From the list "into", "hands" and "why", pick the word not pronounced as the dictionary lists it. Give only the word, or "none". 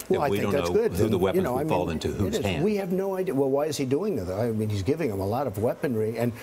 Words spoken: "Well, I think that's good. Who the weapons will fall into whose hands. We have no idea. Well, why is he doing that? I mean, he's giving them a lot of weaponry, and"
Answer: hands